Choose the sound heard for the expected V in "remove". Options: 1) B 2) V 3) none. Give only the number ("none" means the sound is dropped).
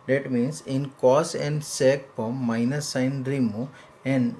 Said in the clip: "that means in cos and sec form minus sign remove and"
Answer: 3